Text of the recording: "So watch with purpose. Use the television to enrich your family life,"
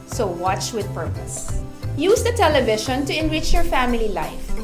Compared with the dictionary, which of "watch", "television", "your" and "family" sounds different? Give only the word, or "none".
television